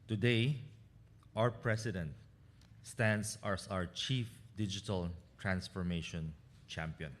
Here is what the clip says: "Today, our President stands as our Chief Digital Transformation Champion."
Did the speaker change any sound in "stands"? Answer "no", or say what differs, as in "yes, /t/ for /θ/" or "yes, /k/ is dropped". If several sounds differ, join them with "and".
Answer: yes, /s/ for /z/